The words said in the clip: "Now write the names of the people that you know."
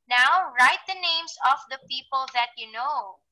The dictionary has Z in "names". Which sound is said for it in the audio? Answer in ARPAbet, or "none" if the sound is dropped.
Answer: S